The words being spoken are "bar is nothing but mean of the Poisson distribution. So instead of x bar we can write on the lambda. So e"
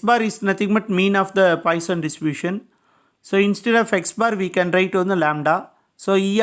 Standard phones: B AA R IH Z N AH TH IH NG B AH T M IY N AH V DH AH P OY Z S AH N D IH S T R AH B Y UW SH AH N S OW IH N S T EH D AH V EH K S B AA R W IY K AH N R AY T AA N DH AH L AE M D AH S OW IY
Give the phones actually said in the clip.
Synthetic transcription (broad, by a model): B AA R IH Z N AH T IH NG B AH T M IY N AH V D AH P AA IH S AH N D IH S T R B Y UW SH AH N S OW IH N S T EH D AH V EH K S B AA R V IY K AH N R AY T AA N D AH L AE M D AH S OW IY